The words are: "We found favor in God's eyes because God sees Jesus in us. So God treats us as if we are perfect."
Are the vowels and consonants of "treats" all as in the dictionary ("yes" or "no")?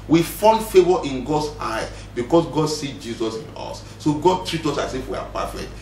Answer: no